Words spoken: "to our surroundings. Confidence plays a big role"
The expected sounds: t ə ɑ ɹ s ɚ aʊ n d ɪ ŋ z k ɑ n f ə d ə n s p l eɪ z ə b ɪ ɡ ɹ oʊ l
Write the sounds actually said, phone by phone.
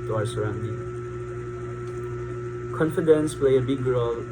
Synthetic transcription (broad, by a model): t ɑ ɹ s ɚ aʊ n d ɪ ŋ k ɑ n f ə d ə n s p l eɪ ə b ɪ ɡ ɹ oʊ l